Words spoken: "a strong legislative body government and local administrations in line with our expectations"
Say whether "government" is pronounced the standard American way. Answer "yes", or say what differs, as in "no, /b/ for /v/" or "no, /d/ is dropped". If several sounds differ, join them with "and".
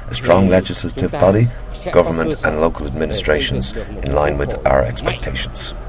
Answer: yes